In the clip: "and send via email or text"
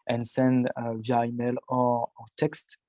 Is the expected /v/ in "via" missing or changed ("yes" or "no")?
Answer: no